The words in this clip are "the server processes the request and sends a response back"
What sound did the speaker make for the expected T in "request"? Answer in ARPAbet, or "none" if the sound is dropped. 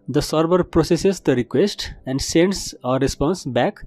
T